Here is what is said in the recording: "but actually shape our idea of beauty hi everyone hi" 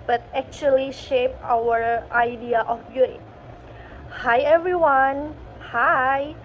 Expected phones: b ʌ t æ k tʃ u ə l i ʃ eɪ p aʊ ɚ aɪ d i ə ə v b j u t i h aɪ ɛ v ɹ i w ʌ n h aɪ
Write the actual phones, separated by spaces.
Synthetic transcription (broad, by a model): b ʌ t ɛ k tʃ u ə l i ʃ eɪ p aʊ ɚ aɪ d i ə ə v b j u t h aɪ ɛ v ɹ i w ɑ n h aɪ